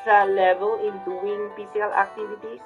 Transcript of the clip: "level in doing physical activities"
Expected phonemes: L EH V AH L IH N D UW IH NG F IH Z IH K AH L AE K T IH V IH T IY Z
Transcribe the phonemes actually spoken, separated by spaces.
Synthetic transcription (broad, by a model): L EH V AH L IH N D UW IH NG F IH S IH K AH L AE K T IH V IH T IY